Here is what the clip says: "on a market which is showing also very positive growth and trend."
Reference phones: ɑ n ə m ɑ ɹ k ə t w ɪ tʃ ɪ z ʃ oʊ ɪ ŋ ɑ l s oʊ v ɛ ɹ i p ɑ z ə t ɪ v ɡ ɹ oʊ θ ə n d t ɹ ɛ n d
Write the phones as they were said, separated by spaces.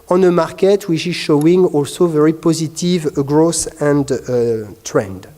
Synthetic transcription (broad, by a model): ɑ n ə m ɑ ɹ k ə t w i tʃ ɪ z ʃ oʊ ɪ ŋ ɑ l s oʊ v ɛ ɹ i p ɑ z ə t ɪ v ɡ ɹ oʊ s ə n d t ɹ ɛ n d